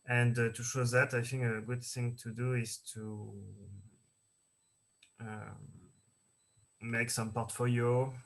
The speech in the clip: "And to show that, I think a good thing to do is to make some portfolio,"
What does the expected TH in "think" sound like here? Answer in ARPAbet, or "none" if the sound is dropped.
TH